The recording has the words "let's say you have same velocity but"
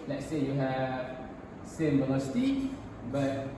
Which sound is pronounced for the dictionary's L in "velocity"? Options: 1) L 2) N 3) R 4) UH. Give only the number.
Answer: 2